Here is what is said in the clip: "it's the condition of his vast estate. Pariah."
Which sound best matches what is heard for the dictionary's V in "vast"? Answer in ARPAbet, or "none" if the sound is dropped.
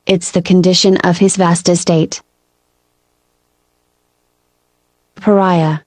V